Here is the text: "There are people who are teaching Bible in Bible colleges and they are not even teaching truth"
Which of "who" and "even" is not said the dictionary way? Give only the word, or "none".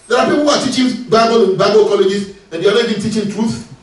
even